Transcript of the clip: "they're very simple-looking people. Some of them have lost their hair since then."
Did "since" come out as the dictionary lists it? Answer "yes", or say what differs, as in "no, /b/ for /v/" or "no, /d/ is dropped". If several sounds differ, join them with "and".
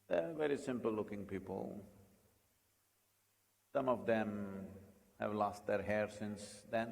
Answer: yes